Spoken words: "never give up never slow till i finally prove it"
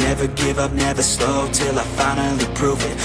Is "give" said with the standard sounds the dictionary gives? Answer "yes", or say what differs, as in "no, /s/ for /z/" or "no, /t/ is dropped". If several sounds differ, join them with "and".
yes